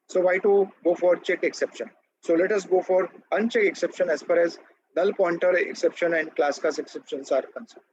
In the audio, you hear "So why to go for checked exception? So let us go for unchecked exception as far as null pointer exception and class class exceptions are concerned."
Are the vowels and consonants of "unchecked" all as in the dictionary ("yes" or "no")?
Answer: no